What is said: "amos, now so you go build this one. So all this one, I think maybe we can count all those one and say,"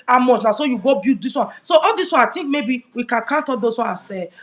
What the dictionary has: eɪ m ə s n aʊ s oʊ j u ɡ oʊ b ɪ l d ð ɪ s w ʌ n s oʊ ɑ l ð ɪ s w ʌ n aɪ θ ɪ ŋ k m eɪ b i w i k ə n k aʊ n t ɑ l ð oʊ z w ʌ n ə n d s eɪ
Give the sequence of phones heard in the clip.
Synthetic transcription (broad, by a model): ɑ m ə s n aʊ s oʊ j u ɡ oʊ b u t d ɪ s w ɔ n s oʊ ɑ l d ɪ s w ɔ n aɪ t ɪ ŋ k m eɪ b i w i k ə n k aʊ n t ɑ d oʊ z w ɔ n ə s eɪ